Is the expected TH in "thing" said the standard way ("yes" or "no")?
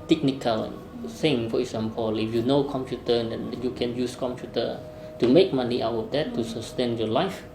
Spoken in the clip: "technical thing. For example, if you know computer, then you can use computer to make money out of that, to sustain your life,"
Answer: no